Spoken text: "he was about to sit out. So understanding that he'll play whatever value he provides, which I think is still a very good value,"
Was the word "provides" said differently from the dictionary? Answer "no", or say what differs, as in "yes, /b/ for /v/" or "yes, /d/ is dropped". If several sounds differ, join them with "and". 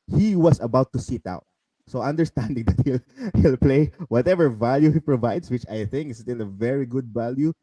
yes, /s/ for /z/